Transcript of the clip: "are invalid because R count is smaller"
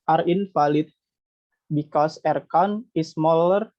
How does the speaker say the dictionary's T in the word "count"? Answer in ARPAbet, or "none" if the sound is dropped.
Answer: none